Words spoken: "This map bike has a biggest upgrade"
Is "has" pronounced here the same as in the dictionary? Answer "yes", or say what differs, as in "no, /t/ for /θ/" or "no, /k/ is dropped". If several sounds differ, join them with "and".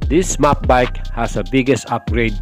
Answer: no, /s/ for /z/